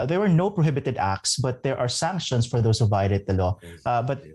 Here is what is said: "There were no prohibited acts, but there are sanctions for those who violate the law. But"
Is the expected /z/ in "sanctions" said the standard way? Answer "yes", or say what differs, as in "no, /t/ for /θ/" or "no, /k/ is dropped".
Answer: no, /s/ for /z/